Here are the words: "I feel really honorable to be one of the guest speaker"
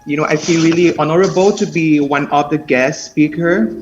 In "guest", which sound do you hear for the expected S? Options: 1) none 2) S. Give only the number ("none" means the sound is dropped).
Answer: 2